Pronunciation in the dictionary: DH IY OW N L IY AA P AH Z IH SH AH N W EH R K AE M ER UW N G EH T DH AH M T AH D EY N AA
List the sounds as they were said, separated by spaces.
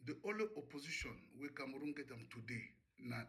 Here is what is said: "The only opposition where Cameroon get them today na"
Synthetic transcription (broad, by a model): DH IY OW L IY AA P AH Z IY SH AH N W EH K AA M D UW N G EH T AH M T AH D EY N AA